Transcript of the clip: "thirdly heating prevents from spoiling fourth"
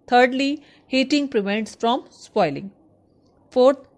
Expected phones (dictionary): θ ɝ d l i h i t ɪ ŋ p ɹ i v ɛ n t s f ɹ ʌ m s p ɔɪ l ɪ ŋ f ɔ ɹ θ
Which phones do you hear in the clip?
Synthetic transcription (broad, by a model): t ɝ d l i h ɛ t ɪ ŋ p ɹ i v ɛ n t s f ɹ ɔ m s p ɔɪ l ɪ ŋ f ɔ ɹ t